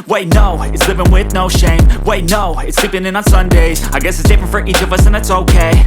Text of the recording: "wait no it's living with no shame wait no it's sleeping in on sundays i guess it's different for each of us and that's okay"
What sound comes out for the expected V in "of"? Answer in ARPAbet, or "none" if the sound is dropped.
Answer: V